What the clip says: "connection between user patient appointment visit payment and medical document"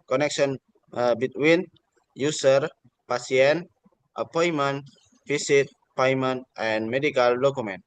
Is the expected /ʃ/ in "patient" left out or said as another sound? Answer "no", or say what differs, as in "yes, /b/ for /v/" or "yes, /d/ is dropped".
yes, /s/ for /ʃ/